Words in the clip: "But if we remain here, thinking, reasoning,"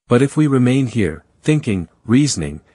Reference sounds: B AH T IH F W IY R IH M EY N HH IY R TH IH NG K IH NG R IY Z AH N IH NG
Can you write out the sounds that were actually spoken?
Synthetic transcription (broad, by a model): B AH T IH F W IY R IH M EY N HH IY R TH IH NG K IH NG R IY Z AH N IH NG